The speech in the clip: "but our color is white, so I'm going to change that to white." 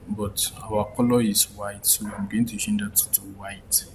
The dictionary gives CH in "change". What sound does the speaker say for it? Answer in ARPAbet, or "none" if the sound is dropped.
SH